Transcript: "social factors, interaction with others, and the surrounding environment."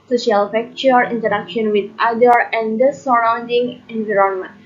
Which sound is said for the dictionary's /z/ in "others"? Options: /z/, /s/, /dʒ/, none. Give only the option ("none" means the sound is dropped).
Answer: none